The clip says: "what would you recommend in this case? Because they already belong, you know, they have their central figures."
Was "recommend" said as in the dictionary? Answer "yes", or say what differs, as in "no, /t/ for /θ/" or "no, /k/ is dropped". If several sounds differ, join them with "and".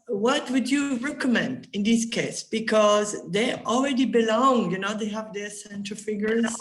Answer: yes